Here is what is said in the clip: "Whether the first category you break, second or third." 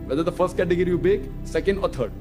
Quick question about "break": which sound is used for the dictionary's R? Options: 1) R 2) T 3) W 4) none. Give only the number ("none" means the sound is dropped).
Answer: 4